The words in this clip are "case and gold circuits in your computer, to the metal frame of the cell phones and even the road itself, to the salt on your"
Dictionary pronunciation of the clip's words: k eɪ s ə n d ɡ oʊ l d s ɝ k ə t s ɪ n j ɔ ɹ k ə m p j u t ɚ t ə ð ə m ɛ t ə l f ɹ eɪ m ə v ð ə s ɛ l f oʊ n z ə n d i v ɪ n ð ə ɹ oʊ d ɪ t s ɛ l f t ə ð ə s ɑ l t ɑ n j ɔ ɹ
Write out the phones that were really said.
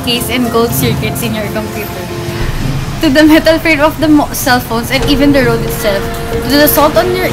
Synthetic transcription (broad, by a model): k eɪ s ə n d ɡ oʊ l d s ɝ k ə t s ɪ n j ɔ ɹ k ə m p j u t ɚ t ə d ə m ɛ t ə l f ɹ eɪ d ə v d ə s ɛ l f oʊ n s ə n d i v ɪ n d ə ɹ oʊ d ɪ t s ɛ l f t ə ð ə s ɑ l t ɑ n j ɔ ɹ